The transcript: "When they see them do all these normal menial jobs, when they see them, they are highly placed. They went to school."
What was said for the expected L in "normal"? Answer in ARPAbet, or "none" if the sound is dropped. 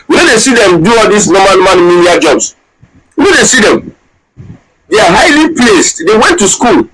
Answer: N